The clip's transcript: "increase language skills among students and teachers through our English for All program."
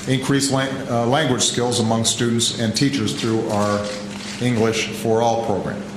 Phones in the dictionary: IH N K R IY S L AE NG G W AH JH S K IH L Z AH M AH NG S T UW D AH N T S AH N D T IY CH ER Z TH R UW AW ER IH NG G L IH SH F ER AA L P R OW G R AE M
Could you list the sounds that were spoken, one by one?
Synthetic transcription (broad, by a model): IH N K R IY S L AE NG G W AH JH S K IH L Z AH M AH NG S T UW D N T S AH N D T IY CH ER Z TH R UW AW ER IH NG G L IH SH F ER AA L P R OW G R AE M